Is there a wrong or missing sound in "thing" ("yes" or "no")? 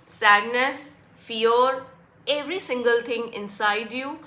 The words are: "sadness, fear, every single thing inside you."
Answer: yes